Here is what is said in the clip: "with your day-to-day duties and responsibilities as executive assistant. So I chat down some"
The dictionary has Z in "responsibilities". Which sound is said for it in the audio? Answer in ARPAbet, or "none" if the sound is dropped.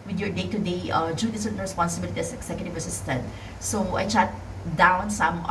none